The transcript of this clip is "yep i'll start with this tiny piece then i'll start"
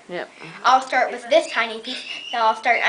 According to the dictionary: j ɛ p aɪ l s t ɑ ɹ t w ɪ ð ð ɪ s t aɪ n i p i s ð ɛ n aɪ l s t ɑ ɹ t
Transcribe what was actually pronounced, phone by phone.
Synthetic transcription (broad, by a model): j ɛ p aɪ l s t ɑ ɹ t w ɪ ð ð ɪ s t aɪ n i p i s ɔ aɪ l s t ɑ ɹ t